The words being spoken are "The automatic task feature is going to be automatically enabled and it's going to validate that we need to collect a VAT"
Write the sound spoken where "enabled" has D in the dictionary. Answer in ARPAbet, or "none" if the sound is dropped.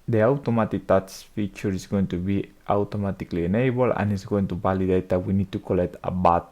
none